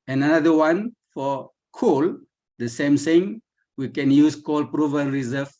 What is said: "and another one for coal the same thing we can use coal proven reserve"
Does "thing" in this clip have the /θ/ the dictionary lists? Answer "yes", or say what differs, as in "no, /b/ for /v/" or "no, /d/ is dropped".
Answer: no, /s/ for /θ/